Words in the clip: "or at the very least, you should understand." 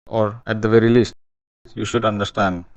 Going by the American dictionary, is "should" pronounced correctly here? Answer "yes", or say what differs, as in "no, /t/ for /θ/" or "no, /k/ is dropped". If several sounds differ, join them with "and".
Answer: yes